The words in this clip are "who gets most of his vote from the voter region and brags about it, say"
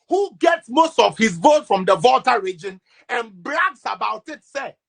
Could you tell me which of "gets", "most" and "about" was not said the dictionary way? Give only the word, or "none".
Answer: none